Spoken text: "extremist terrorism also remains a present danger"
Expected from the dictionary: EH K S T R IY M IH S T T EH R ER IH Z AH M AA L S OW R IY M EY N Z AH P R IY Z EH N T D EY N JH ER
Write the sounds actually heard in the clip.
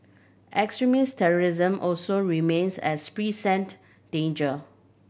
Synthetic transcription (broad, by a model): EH K S T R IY M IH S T T EH R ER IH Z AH M AA L S OW R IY M EY N S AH P R IY S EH N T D EY N JH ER